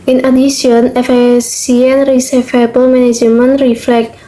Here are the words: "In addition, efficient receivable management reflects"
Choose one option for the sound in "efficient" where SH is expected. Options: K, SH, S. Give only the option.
S